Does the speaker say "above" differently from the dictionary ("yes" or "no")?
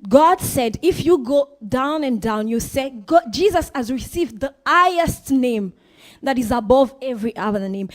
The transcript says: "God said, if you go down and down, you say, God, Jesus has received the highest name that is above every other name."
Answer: no